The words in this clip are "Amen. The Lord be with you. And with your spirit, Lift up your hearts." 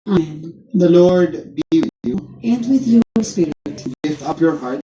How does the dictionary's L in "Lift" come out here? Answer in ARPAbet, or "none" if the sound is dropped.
W